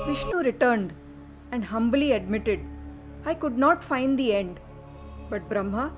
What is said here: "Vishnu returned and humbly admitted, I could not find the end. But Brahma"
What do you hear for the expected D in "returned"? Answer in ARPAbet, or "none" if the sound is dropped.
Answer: D